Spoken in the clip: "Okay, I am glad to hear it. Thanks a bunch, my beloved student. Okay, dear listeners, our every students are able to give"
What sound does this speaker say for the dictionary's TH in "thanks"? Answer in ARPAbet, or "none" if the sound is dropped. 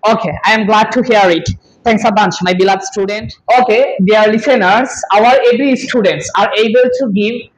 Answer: T